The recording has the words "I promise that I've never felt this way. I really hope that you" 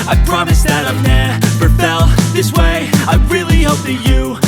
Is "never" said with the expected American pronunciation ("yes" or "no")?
no